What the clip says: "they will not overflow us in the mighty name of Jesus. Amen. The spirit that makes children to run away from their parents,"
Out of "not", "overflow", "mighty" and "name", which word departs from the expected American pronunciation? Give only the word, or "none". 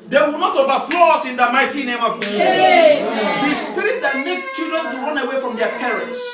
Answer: overflow